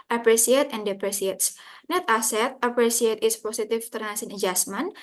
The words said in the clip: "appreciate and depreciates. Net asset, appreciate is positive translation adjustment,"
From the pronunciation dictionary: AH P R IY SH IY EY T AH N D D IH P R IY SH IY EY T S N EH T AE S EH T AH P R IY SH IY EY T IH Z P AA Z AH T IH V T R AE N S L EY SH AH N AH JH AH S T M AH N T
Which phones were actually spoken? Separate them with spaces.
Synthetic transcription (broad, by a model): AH P R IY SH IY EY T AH N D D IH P R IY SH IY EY T S N EH T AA S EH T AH P R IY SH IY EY T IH S P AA S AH T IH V T AE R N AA S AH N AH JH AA S M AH N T